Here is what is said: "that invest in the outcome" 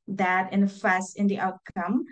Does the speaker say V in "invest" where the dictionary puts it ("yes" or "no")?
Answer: no